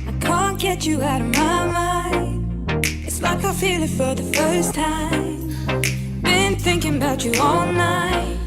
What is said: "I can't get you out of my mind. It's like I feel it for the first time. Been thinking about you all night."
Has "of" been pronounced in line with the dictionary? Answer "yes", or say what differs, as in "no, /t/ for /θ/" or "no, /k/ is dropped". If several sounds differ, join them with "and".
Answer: yes